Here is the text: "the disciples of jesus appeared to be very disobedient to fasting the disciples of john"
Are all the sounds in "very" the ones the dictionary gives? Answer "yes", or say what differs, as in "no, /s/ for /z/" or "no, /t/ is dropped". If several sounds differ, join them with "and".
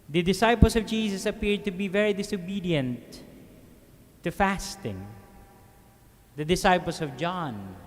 yes